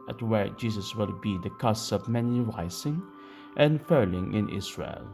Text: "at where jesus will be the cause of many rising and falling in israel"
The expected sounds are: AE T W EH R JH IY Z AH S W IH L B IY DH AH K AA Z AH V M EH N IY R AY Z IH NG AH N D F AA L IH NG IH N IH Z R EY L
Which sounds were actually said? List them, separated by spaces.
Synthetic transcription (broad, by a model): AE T W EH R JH IY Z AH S W IH L B IY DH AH K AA S AH V M EH N IY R AY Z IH NG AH N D F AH L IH NG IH N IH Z R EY L